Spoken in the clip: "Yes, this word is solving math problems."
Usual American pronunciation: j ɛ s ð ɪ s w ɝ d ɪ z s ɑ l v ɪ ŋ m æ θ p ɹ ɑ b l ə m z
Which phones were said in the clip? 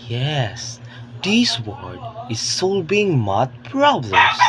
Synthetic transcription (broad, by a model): j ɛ s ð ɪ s w ɝ d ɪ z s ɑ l b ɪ ŋ m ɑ t p ɹ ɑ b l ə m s